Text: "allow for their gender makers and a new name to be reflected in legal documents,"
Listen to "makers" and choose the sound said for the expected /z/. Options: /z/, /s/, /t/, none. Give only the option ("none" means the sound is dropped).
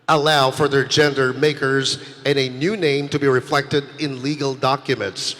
/z/